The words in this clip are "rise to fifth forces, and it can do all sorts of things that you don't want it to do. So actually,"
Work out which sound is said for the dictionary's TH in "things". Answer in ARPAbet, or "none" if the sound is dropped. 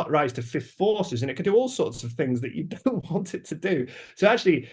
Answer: TH